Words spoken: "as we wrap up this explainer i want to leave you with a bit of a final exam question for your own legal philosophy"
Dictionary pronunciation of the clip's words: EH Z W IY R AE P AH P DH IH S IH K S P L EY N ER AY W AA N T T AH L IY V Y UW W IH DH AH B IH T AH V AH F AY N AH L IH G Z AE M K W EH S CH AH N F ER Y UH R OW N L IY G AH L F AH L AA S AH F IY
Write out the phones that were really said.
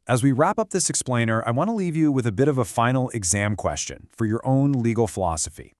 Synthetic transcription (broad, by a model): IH Z W IY R AE P AH P DH IH S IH K S P L EY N ER AY W AA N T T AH L IY V Y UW W IH DH AH B IH T AH V AH F AY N L IH G Z AE M K W EH S CH AH N F ER Y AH R OW N L IY G L F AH L AA S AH F IY